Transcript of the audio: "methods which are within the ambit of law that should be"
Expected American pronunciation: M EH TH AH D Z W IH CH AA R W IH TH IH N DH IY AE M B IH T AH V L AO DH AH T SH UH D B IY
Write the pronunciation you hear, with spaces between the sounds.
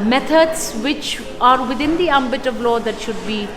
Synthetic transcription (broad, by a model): M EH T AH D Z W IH CH AA R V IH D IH N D IY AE M B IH T AH V L AO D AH T SH UH D B IY